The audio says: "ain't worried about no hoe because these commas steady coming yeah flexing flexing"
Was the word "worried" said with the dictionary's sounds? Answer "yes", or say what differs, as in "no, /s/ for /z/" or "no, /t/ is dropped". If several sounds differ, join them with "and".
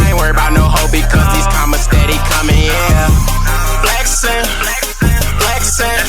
no, /d/ is dropped